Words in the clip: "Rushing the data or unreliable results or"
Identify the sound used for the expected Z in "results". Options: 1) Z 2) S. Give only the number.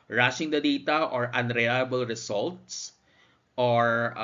2